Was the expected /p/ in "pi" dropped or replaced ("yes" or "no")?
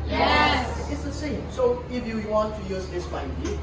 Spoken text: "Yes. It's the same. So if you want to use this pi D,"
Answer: yes